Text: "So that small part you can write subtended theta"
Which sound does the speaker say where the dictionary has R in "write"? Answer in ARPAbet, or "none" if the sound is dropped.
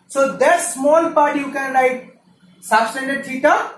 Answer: L